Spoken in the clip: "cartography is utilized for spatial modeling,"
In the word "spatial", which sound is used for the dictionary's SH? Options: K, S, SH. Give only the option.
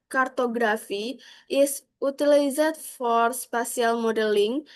S